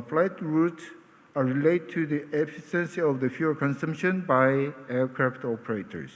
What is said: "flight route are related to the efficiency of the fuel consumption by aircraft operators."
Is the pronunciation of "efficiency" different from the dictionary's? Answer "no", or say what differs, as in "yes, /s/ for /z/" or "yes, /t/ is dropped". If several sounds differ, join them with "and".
yes, /s/ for /ʃ/